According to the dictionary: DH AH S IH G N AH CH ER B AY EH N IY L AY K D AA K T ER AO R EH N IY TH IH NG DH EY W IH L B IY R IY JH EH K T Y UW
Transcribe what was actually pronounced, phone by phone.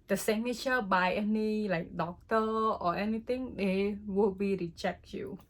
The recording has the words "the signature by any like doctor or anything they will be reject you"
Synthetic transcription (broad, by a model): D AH S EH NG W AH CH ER B AY EH N IY L AY K D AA K T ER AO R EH N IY T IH NG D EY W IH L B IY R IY CH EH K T Y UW